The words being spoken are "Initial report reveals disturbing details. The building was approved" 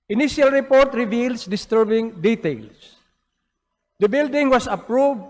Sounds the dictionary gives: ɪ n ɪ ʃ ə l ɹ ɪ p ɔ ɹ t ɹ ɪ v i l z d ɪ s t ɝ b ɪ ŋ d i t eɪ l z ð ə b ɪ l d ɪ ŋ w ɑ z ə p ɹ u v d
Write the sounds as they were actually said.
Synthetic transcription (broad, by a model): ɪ n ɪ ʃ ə l ɹ ɪ p ɔ ɹ t ɹ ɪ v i l s d ɪ s t ɝ b ɪ ŋ d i t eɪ l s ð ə b ɪ l d ɪ ŋ w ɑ s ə p ɹ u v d